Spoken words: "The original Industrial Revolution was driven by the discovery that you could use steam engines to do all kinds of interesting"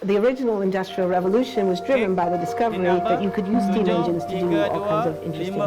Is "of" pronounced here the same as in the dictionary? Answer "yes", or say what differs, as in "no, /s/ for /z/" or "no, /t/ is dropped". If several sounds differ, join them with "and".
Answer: yes